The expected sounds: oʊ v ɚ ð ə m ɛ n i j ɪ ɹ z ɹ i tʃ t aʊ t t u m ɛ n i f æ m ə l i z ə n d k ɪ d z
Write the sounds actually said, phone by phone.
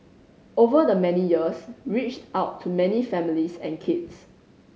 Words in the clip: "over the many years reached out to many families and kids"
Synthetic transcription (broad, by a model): oʊ v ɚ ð ə m ɛ n i j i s ɹ i tʃ t aʊ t t u m ɛ n i f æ m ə l i s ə n k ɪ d s